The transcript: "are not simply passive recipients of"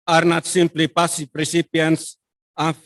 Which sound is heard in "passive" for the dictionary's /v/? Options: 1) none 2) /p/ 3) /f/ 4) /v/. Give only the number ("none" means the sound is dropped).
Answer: 2